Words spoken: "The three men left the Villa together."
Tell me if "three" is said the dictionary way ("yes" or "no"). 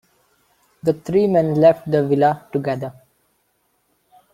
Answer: no